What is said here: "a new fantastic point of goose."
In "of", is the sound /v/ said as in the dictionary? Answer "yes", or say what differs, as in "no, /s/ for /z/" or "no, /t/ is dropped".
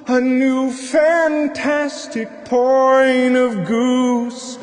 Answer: yes